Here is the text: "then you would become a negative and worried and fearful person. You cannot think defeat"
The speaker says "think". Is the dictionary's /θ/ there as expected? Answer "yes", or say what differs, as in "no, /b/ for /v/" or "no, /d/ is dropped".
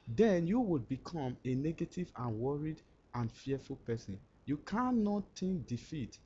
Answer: no, /t/ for /θ/